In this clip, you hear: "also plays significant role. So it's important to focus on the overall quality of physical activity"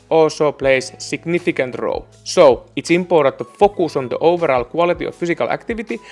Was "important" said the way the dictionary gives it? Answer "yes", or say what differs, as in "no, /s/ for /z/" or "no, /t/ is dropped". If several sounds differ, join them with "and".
no, /n/ is dropped